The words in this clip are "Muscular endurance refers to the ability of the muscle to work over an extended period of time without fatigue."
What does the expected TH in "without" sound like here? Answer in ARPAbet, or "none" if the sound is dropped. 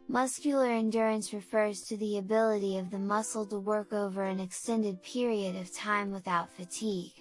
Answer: TH